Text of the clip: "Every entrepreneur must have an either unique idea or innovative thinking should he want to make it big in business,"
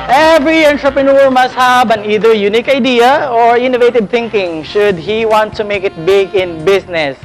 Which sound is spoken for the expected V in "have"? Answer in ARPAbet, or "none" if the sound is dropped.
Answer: B